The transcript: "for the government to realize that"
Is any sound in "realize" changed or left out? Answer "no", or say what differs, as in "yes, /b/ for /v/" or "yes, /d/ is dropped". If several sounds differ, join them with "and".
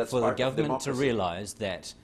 no